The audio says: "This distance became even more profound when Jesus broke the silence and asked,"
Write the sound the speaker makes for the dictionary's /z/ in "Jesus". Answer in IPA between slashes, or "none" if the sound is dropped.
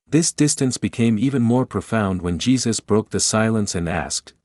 /z/